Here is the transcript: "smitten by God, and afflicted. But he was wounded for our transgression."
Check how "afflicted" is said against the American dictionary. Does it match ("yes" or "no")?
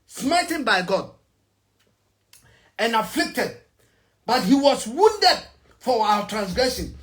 yes